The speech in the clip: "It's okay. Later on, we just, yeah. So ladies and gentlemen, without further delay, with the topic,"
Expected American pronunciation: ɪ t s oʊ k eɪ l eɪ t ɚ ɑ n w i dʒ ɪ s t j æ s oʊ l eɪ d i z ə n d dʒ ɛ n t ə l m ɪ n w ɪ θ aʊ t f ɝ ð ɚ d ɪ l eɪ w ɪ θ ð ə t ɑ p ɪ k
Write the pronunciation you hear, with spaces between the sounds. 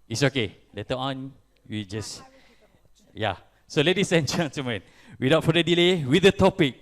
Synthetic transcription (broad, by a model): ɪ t s oʊ k eɪ l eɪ t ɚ ɑ n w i dʒ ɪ s j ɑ s oʊ l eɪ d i s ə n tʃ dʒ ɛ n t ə m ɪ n w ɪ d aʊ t f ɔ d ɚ d ɪ l eɪ w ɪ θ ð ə t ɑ p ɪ k